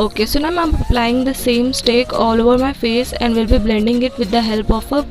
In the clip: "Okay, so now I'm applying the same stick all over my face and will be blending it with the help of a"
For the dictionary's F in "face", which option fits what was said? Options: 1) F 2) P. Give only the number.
1